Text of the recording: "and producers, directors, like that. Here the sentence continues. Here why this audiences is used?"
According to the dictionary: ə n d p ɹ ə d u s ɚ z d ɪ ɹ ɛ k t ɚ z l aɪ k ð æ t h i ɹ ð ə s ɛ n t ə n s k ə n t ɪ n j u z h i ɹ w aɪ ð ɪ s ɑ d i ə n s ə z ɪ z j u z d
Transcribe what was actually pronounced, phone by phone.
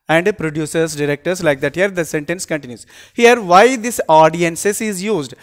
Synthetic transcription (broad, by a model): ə n d p ɹ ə d u s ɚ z d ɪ ɹ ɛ k t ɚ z l aɪ k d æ t h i ɹ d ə s ɛ n t ə n s k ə n t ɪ n j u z h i ɹ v aɪ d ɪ s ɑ d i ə n s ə s ɪ z j u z d